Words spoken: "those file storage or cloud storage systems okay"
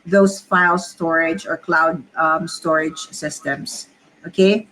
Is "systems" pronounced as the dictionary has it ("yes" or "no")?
no